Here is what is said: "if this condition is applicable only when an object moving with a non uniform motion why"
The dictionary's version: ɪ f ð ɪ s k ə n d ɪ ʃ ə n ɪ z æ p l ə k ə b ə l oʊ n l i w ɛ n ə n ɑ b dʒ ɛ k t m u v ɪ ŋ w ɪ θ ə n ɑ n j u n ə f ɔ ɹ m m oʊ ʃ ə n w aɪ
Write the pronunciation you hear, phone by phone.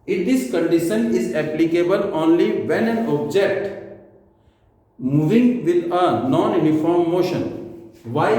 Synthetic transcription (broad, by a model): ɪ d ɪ s k ə n d ɪ ʃ ə n ɪ z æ p l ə k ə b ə l oʊ n l i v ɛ n ə n ɑ b dʒ ɛ k t m u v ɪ ŋ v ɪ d ə n ɑ n j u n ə f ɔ ɹ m m oʊ ʃ ə n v aɪ